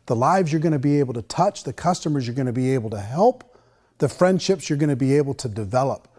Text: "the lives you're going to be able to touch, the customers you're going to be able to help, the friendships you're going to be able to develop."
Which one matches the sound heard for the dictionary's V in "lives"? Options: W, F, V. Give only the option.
V